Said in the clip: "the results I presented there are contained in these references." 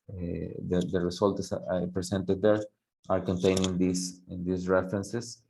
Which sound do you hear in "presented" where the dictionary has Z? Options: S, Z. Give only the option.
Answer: S